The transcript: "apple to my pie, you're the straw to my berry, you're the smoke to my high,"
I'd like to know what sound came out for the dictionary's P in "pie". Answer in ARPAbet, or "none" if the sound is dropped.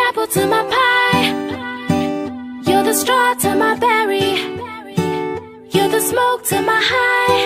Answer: P